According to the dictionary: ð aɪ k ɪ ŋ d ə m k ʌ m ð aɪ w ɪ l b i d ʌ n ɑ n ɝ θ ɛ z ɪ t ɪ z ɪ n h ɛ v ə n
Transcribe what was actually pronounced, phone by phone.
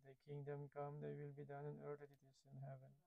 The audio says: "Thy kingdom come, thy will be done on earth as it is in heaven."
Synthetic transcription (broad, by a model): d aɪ k ɪ ŋ d ə m k ʌ m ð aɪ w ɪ l b i d ʌ n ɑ n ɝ t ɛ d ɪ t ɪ s ɪ n h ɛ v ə n